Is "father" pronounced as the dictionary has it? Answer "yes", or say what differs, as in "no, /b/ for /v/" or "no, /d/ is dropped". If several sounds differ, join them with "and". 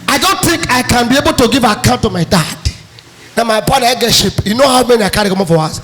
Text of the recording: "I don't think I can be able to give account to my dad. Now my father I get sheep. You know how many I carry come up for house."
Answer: no, /p/ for /f/